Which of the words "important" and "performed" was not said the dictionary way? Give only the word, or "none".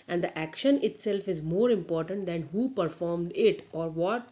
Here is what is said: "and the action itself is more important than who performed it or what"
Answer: none